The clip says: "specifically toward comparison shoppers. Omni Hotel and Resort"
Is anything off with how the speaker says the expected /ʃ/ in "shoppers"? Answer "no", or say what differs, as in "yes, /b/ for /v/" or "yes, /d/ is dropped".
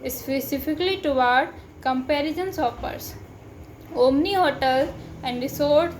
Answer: yes, /s/ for /ʃ/